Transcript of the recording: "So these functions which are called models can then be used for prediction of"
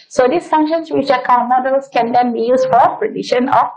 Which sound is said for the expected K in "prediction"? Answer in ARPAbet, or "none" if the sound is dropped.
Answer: none